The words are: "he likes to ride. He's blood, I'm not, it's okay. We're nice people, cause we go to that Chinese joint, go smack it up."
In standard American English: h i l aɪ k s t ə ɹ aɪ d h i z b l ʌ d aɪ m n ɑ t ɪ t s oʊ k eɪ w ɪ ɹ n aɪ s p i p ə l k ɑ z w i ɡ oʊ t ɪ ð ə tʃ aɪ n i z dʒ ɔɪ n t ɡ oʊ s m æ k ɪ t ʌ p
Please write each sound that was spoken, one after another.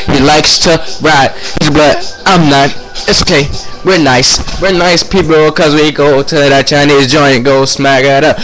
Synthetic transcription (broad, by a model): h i l aɪ k s t ə ɹ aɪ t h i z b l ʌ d aɪ m n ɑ t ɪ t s oʊ k eɪ w ɪ ɹ n aɪ s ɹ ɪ p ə l k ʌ z w i ɡ oʊ t ɪ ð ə tʃ aɪ n i z dʒ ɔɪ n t ɡ oʊ s m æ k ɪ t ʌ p